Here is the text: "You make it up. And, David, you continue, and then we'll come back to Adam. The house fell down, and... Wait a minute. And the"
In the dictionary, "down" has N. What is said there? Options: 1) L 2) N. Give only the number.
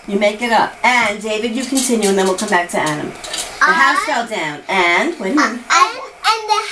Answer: 2